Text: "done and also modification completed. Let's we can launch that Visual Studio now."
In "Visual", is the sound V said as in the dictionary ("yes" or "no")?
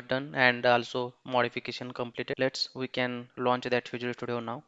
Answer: no